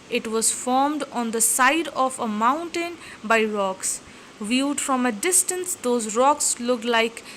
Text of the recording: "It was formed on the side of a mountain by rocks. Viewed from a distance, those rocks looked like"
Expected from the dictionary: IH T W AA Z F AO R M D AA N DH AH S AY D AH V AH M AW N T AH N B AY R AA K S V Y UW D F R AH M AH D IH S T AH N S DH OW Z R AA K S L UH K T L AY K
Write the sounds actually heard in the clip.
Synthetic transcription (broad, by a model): IH T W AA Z F AO R M D AA N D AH S AY D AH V AH M AW N T AH N B AY R AA K S V Y UW D F R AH M AH D IH S T AH N S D OW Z R AA K S L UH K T L AY K